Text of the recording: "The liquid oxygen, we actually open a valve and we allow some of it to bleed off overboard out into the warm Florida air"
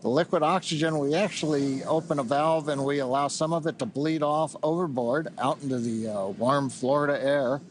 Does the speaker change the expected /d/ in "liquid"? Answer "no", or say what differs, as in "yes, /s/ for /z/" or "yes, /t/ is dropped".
no